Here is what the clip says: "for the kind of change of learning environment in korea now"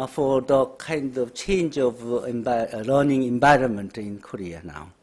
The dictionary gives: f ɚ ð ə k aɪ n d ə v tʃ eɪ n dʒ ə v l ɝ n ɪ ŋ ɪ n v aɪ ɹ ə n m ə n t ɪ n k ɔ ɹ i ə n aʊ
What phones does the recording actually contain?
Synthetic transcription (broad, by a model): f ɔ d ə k aɪ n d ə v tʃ eɪ n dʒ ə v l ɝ n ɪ ŋ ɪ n b aɪ ɹ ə n m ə n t ɪ n k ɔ ɹ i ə n aʊ